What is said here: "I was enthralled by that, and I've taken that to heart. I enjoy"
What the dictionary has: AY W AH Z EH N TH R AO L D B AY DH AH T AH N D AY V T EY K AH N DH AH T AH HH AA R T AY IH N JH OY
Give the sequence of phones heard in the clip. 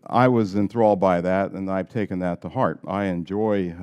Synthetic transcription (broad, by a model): AY W AH Z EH N TH R AO L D B AY DH AH T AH N AY V T EY K AH N DH AH T AH HH AA R T AY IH N JH OY